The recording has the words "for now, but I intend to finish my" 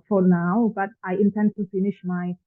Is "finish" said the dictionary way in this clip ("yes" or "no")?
yes